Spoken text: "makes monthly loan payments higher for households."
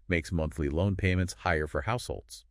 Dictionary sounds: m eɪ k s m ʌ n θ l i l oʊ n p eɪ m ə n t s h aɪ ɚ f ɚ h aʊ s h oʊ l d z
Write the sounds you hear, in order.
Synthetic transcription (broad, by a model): m eɪ k s m ʌ n θ l i l oʊ n p eɪ m ə n t s h aɪ ɚ f ɚ h aʊ s h oʊ l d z